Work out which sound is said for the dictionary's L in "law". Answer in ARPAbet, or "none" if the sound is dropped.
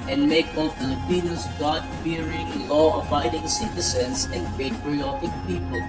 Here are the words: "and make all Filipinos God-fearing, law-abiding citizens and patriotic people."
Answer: N